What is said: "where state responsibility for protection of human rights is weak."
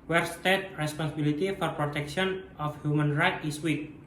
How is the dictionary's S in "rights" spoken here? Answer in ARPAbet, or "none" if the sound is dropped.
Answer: none